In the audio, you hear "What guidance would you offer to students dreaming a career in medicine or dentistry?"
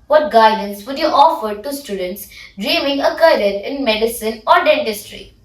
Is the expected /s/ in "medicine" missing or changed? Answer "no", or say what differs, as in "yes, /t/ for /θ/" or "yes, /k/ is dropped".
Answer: no